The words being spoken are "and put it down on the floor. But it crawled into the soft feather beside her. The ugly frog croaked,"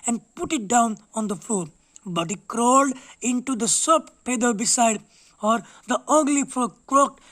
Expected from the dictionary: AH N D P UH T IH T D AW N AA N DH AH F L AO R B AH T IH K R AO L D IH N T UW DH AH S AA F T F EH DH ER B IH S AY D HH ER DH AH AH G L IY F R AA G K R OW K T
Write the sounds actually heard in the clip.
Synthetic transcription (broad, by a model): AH N D P UH T IH T D AW N AA N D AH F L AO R B AH T IH K R AO L D IH N T UW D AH S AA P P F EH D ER B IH S AY D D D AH AH G L IY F AA K R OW K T